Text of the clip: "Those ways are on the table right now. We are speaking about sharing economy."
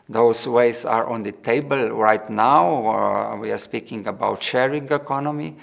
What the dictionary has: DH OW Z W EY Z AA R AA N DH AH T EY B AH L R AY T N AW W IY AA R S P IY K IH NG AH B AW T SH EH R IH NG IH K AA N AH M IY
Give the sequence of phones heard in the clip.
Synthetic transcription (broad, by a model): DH OW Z W EY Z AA R AA N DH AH T EY B AH L R AY T N AW W IY AA R S P IY K IH NG AH B AW T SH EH R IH NG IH K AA N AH M IY